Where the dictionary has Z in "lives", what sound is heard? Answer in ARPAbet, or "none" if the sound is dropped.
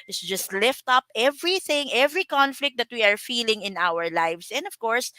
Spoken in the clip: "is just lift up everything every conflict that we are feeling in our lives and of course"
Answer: S